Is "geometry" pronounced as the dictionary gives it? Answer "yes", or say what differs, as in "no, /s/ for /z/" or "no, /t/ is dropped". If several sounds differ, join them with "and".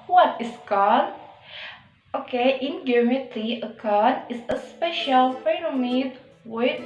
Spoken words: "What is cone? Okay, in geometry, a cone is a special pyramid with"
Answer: no, /ɹ/ is dropped